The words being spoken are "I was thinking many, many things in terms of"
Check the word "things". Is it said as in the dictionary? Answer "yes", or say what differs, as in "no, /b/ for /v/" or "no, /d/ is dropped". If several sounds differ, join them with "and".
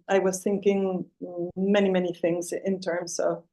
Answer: yes